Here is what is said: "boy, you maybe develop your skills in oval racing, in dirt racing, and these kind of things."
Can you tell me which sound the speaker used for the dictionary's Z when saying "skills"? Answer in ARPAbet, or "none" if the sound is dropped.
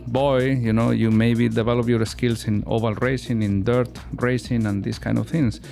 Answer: S